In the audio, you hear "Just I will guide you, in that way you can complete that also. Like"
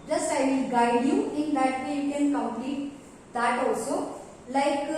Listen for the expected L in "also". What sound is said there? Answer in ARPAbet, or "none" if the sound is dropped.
none